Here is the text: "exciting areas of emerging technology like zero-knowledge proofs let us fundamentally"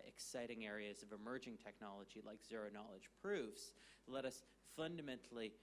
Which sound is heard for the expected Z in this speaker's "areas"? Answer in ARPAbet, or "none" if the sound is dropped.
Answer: Z